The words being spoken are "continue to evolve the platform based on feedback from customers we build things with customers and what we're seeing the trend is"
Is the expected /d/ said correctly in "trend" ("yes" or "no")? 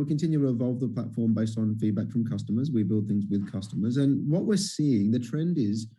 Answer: yes